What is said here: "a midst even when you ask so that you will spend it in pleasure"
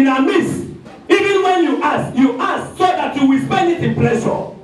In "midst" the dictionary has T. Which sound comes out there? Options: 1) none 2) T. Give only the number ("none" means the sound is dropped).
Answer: 1